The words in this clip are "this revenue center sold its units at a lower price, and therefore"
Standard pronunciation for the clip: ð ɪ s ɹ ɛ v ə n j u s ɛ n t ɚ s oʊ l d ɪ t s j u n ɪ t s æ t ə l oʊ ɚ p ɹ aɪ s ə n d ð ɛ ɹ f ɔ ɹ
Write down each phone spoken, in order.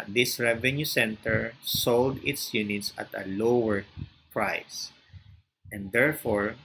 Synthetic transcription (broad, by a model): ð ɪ s ɹ ɛ v ə n j u s ɛ n t ɚ s oʊ l d ɪ t s j u n ɪ t s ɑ t ə l oʊ ɚ p ɹ aɪ s ə n d ɛ ɹ f ɔ ɹ